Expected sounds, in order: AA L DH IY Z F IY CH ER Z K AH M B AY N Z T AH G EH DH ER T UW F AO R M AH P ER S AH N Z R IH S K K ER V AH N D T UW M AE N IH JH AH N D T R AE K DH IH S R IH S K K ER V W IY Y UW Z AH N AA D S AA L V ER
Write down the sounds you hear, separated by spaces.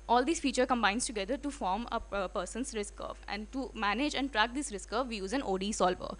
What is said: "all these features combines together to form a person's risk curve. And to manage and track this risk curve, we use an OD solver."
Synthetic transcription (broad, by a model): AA L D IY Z F IY CH ER K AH M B AY N S T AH G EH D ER T UW F AO R M AH P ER S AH N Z R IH S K K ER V AH N D T UW M AE N IH JH AH N D T R AE K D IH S R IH S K K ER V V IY Y UW Z AH N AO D S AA L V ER